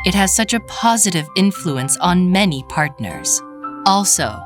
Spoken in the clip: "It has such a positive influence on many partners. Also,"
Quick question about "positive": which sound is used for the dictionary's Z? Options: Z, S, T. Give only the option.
Z